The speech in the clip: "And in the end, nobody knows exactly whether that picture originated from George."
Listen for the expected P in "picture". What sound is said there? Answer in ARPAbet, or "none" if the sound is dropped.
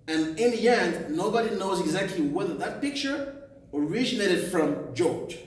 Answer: P